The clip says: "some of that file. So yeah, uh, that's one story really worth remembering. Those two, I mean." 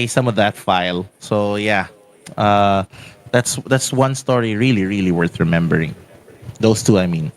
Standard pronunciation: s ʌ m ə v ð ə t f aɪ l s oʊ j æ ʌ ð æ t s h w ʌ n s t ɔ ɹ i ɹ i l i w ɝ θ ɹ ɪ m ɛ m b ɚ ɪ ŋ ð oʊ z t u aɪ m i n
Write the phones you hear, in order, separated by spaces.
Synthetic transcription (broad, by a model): s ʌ m ə v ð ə t f aɪ l s oʊ j æ ʌ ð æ t s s w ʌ n s t ɔ ɹ i ɹ i l i w ɝ θ ɹ ɪ m ɛ m b ɚ ɪ ŋ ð oʊ s t u aɪ m i n